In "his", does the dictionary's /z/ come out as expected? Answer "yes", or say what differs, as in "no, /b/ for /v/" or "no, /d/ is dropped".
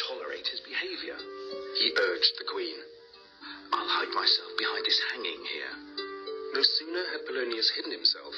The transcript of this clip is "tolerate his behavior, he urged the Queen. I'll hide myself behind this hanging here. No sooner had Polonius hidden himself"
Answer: yes